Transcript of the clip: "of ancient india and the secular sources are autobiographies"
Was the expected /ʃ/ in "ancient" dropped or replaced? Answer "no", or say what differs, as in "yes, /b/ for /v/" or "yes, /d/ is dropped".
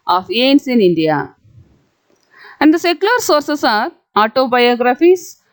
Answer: yes, /s/ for /ʃ/